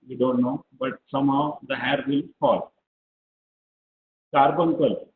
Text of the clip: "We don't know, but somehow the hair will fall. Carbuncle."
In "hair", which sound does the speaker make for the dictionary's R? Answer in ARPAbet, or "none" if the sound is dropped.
R